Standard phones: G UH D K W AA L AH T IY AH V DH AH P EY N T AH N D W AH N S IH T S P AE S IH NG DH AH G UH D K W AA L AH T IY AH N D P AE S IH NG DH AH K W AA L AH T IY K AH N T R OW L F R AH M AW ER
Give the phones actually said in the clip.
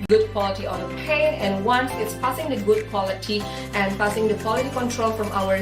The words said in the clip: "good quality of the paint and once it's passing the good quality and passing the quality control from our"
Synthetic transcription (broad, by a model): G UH D K W AA L AH T IY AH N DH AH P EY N AH N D W AH N S IH T S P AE S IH NG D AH G UH D K W AA L AH T IY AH N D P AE S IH NG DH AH K W AA L AH T IY K AH N T R OW L F R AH M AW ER